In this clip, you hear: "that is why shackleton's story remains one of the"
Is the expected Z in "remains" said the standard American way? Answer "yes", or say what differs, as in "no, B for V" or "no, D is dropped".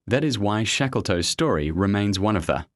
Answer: yes